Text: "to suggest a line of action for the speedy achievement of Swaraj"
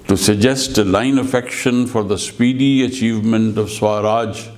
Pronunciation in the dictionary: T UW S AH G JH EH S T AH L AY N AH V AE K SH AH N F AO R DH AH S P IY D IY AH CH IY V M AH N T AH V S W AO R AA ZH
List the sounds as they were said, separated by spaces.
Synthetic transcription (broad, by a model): T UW S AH JH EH S T AH L AY N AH F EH K SH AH N F AO R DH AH S P IY D IY AH CH IY V M AH N T AH V S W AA R AA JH